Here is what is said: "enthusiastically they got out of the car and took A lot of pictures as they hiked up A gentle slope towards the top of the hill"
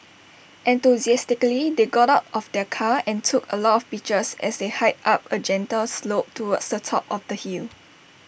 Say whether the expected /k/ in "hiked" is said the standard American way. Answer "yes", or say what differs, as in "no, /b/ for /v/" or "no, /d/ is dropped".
no, /k/ is dropped